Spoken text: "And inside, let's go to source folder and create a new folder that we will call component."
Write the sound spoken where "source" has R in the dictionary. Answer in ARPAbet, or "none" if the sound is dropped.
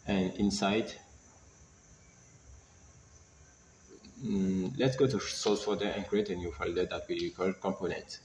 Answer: L